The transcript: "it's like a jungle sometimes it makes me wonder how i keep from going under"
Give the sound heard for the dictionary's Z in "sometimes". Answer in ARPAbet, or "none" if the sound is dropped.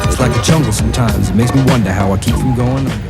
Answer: Z